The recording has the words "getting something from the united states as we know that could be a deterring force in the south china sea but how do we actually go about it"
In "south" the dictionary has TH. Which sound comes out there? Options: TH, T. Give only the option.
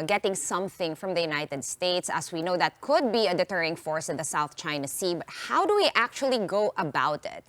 TH